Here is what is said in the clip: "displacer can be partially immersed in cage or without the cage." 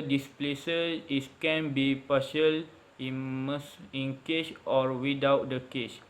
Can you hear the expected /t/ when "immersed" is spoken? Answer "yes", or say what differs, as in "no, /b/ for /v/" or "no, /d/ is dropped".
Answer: no, /t/ is dropped